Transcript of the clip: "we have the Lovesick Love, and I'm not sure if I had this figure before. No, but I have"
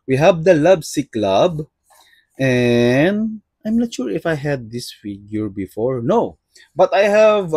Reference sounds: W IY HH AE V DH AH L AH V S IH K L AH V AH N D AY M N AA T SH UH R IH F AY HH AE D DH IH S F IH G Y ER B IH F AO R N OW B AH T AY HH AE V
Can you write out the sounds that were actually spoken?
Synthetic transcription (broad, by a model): W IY HH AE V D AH L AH B S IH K L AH B AH N D AY M N AA T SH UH R IH F AY HH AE D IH S F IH G Y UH B IH F AO R N OW B AH T AY HH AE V